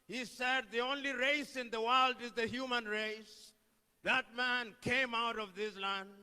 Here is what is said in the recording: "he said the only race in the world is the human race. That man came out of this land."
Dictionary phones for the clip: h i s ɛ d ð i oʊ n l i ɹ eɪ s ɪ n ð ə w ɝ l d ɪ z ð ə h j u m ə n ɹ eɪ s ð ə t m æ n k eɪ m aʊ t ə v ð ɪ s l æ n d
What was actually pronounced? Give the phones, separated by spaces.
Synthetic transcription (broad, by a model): h i s ɛ d ð i oʊ n l i ɹ eɪ s ɪ n ð ə w ɝ l d ɪ z ð ə h j u m ə n ɹ eɪ s ð ə t m æ n k eɪ m aʊ t ə v ð ɪ s l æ n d